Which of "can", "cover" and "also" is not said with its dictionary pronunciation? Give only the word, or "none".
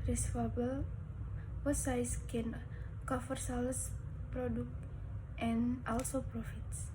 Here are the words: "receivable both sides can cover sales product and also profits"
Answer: cover